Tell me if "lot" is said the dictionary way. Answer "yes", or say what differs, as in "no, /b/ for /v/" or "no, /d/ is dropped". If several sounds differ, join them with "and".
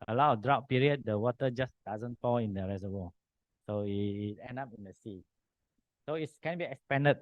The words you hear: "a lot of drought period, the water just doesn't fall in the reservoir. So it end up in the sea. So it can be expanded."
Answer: no, /t/ is dropped